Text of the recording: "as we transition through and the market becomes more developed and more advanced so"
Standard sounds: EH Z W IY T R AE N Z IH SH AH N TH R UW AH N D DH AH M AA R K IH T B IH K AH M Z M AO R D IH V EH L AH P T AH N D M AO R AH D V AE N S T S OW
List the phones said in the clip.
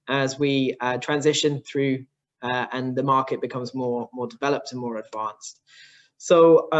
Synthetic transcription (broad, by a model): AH Z W IY T R AE N Z IH SH AH N TH R UW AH N DH AH M AA K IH T B IH K AH M Z M AO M D IH V EH L AH P T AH N M AO R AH D V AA N S T S OW